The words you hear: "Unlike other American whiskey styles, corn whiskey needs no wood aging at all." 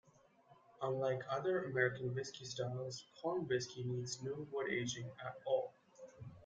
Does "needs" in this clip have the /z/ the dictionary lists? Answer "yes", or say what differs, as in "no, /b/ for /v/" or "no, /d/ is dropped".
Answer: yes